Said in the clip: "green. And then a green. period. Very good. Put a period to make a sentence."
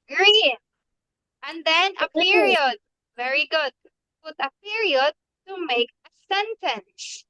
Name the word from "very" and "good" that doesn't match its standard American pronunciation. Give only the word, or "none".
none